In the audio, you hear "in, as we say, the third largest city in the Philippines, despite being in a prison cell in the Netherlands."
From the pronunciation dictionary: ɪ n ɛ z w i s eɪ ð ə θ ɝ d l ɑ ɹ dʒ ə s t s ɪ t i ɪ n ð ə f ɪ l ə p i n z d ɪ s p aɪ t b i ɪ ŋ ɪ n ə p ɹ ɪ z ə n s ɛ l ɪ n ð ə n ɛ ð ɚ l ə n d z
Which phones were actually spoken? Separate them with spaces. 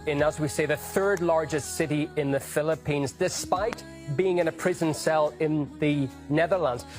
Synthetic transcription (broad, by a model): ɪ n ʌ z w i s eɪ ð ə θ ɝ d l ɑ ɹ dʒ ə s t s ɪ t i ɪ n ð ə f ɪ l ə p i n z d ɪ s p aɪ t b i ɪ ŋ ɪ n ə p ɹ ɪ z ə n s ɛ l ɪ n ð ə n ɛ ð ɚ l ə n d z